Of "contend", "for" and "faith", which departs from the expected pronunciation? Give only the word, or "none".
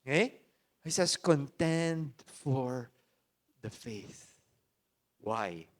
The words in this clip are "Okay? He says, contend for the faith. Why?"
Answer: none